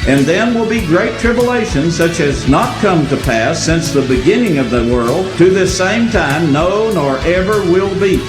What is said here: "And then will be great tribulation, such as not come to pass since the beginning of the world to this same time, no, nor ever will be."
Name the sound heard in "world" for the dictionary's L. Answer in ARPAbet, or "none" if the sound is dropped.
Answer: L